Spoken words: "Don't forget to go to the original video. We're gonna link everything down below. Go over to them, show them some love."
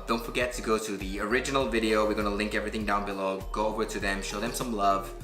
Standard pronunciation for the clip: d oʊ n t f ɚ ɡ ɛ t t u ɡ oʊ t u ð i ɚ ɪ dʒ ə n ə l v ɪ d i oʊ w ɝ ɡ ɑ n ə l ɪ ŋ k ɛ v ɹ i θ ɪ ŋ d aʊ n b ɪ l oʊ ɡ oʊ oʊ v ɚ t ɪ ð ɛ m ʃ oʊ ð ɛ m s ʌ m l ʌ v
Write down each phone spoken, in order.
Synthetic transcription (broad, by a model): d oʊ n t f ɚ ɡ ɛ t t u ɡ oʊ t u ð i ɚ ɪ dʒ ə n ə l v ɪ d i oʊ w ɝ ɡ ɑ n ə l ɪ ŋ k ɛ v ɹ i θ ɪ ŋ d aʊ n b ɪ l oʊ ɡ oʊ oʊ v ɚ t ɪ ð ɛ m ʃ oʊ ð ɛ m s ʌ m l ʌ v